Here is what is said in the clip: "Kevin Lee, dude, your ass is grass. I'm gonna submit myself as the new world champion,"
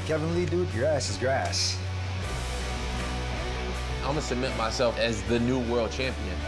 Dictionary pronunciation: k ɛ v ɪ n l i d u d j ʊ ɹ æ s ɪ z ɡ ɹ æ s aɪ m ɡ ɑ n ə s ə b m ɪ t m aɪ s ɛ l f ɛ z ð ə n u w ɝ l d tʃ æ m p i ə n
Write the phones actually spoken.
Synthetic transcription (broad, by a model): k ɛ v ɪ n l i d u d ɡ ɹ æ s ɪ z ɡ ɹ æ s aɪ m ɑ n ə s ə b m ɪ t m aɪ s ɛ l f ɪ z ð ə n u w ɝ l d tʃ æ m p i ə n